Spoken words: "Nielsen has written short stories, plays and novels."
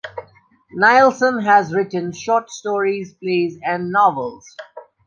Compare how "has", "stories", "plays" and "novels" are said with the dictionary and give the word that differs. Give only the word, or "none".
none